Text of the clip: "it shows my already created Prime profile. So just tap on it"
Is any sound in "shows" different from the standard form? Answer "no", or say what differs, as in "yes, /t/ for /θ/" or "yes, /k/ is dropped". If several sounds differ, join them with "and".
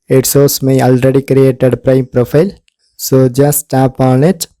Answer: yes, /s/ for /ʃ/ and /s/ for /z/